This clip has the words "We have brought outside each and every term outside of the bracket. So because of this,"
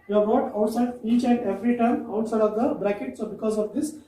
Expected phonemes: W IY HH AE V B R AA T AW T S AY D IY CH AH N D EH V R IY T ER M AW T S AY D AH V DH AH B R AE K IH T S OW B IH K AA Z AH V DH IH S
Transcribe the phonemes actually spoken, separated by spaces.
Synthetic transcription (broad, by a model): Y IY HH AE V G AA T AW T S AY D IY CH AH N D EH V R IY T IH M AW T S AY D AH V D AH B R AE K IH T S OW B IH K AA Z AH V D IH S